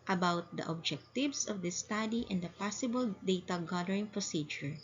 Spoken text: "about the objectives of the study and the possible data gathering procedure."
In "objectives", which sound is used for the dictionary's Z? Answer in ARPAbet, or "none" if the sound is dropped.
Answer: S